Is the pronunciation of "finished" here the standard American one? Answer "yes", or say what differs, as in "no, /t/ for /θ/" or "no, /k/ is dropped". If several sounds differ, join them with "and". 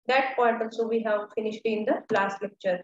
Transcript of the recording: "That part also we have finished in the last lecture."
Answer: yes